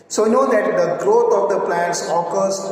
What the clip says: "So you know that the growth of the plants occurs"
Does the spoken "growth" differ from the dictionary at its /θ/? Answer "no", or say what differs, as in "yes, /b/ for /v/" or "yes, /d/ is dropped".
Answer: yes, /t/ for /θ/